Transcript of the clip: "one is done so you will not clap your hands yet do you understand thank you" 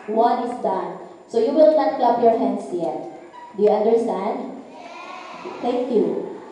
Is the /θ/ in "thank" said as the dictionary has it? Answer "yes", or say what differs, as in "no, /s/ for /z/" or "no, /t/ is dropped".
no, /t/ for /θ/